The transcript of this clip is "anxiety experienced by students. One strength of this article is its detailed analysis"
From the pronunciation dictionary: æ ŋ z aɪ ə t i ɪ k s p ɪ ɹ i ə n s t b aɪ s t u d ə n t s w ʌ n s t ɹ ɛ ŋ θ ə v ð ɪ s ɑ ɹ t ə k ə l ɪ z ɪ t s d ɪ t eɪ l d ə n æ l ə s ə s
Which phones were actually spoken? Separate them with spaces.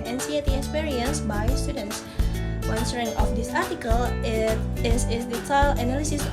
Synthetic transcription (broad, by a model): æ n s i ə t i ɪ k s p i ɹ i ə n s b aɪ s t u d ə n t s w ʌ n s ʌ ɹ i ŋ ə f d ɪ s ɑ ɹ t ə k ə l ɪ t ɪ s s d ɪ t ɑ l ə n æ l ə s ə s